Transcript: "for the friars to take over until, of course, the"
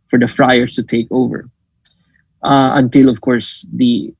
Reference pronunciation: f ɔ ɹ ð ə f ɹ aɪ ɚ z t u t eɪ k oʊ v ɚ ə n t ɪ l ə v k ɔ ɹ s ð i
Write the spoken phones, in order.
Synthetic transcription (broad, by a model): f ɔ ɹ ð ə f ɹ aɪ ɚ s t u t eɪ k oʊ v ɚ ə n t ɪ l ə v k ɔ ɹ s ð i